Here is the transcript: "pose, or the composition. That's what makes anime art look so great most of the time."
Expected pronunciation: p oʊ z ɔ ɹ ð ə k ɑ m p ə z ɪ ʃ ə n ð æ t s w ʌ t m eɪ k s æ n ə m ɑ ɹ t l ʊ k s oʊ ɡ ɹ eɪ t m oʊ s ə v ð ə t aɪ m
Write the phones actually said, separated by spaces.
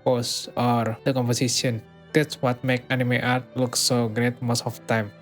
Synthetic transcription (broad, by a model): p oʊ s ɔ ɹ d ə k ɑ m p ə s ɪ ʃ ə n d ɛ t s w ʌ t m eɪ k ɑ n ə m ɑ ɹ t l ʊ k s oʊ ɡ ɹ eɪ t m oʊ s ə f t aɪ m